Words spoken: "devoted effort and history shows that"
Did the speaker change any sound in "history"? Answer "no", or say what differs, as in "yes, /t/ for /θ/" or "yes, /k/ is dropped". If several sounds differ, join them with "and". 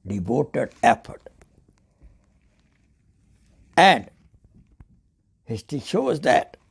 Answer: yes, /ɹ/ is dropped